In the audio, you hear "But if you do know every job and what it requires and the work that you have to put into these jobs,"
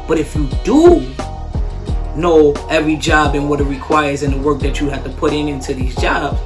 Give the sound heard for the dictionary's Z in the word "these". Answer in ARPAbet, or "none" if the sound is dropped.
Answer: Z